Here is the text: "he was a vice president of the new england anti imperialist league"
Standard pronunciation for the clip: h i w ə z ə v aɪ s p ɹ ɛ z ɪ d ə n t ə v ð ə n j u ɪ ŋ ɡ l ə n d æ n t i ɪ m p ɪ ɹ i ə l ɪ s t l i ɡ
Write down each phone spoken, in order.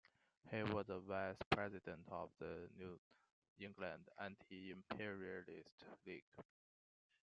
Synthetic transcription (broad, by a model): h i w ə z ə v aɪ s p ɹ ɛ z ɪ d ə n t ə v ð ə n j u ɪ ŋ ɡ l ə n d æ n t i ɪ m p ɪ ɹ i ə l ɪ s t l i ɡ